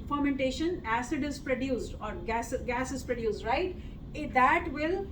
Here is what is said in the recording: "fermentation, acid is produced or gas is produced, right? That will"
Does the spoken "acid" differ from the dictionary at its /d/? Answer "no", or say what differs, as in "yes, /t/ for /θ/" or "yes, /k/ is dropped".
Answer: no